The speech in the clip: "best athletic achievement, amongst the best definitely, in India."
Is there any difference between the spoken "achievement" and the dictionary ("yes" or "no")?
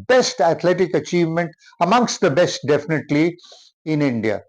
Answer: no